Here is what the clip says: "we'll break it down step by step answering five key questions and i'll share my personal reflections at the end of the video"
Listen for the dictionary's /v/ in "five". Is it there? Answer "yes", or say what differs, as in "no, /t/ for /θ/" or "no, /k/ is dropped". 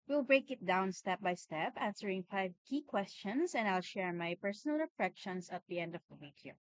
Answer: yes